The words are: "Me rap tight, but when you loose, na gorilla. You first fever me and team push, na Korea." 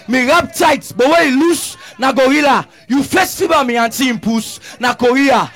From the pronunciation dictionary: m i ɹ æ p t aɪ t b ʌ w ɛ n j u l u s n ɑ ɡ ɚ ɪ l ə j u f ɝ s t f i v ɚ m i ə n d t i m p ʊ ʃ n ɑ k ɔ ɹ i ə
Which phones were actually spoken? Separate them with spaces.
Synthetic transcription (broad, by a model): m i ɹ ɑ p t aɪ t b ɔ w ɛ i l u s n ɑ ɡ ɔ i l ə j u f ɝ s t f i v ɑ m i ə n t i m p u s n ɑ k ɔ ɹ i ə